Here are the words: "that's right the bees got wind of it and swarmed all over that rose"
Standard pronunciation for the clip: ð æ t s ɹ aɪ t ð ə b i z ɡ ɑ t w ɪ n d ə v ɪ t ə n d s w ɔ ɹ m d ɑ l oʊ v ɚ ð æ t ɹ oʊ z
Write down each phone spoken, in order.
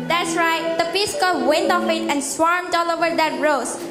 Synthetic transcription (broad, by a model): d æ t s ɹ aɪ t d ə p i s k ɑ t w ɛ n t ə f ɪ t ə n d s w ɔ ɹ m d ɑ l oʊ v ɚ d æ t ɹ oʊ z